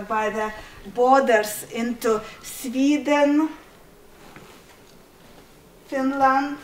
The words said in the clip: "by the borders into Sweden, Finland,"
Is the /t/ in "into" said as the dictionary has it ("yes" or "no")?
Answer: yes